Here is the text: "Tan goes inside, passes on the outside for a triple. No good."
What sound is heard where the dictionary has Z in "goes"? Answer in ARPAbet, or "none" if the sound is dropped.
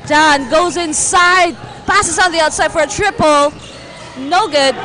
Z